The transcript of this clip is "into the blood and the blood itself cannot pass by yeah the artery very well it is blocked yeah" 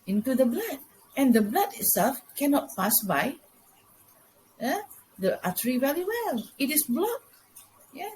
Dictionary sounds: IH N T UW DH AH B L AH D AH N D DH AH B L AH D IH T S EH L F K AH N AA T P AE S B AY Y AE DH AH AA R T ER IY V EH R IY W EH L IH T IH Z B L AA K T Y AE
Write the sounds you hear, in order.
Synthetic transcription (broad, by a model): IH N T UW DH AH B L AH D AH N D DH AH B L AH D IH T S EH L F K AH N AA T P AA S B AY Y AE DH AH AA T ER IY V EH L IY W EH L IH T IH S B L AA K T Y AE